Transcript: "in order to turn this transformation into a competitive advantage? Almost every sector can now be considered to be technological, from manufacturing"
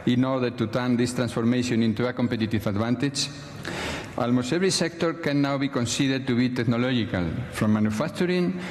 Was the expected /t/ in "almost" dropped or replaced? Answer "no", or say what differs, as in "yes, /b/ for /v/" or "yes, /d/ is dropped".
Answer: yes, /t/ is dropped